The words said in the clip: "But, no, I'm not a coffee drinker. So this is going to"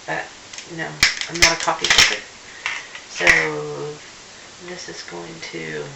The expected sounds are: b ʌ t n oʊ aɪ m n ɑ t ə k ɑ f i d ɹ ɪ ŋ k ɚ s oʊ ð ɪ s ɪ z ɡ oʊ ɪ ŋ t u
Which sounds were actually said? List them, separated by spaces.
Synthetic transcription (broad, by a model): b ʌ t n oʊ aɪ m n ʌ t ə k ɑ p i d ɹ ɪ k s oʊ ð ɪ s ɪ z ɡ oʊ ɪ ŋ t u